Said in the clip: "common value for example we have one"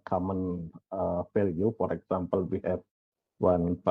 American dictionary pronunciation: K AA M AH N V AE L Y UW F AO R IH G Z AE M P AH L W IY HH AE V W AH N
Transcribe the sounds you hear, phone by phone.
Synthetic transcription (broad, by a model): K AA M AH N F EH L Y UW F AO R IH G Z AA M P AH L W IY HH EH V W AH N